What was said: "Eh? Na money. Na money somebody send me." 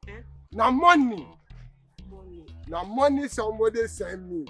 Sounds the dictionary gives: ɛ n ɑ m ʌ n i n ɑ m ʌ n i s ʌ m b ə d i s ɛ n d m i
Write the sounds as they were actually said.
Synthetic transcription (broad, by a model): n ɑ m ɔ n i n ɑ m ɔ n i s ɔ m ə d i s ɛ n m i